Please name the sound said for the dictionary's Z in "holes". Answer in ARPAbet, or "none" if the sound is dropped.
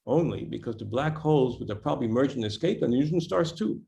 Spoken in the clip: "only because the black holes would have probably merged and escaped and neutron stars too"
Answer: Z